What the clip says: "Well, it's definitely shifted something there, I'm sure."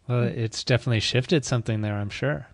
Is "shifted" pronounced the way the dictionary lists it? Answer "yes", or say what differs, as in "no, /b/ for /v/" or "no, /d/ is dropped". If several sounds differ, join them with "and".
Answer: yes